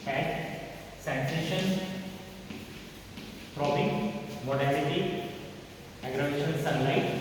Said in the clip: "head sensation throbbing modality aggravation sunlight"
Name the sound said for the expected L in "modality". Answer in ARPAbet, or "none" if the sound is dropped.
N